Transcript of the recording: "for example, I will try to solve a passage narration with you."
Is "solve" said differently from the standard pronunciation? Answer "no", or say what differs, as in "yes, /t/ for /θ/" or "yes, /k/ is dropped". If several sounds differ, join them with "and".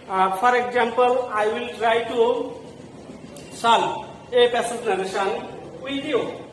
yes, /v/ is dropped